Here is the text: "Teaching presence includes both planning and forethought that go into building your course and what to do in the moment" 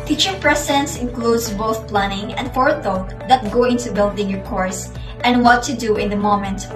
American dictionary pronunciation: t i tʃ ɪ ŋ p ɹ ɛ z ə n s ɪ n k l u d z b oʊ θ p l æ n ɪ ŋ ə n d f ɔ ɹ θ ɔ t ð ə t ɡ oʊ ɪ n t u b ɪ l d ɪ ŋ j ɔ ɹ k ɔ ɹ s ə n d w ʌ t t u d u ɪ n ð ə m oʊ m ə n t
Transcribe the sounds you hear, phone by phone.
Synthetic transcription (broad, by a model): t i tʃ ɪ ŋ p ɹ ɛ s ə n s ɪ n k l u d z b oʊ θ p l æ n ɪ ŋ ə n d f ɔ ɹ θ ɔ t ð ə t ɡ oʊ ɪ n t u b ɪ l d ɪ ŋ j ɔ ɹ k ɔ ɹ s ə n d w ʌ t t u d u ɪ n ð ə m oʊ m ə n t